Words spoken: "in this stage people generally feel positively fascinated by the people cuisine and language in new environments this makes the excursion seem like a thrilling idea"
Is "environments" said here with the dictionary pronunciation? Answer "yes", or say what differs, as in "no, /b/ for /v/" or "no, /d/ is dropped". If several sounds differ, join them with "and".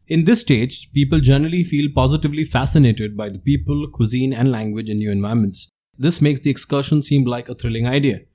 no, /ɹ/ is dropped and /n/ is dropped